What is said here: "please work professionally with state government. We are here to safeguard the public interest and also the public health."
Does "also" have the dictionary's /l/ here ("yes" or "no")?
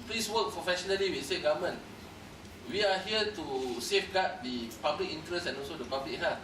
yes